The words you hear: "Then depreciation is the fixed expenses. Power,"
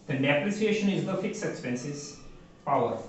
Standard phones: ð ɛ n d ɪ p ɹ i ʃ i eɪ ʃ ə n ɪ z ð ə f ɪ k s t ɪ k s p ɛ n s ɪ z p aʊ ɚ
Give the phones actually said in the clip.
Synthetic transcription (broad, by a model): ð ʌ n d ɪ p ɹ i s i eɪ ʃ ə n ɪ z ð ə f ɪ k s ɪ k s p ɛ n s ɪ z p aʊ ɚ